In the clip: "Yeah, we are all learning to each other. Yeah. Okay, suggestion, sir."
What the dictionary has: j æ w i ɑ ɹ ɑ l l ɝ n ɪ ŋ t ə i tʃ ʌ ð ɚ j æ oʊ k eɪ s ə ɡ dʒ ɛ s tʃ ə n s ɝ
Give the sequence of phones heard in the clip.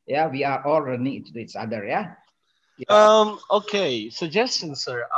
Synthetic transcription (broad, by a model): j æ w i ɑ ɹ ɑ l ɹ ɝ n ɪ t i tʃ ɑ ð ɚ j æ oʊ k eɪ s ə ɡ dʒ ɛ s tʃ ə n s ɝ